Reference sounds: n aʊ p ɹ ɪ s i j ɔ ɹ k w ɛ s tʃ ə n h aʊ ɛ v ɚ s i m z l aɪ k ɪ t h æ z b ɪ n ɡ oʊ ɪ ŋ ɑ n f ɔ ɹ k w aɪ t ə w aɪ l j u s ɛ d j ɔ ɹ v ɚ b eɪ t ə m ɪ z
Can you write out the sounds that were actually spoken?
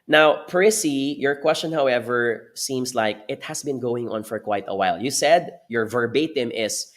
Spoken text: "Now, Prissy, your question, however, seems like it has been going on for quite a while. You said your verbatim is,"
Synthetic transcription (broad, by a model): n aʊ p ɹ ɪ s i j ɔ ɹ k w ɛ s tʃ ə n h aʊ ɛ v ɚ s i m s l aɪ k ɪ t h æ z b ɪ n ɡ oʊ ɪ ŋ ɑ n f ɔ ɹ k w aɪ t ə w aɪ l j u s ɛ d j ɔ ɹ v ɚ b eɪ t ə m ɪ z